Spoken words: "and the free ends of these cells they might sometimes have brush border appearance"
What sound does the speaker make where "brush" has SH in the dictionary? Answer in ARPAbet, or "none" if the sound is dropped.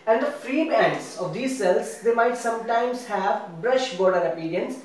SH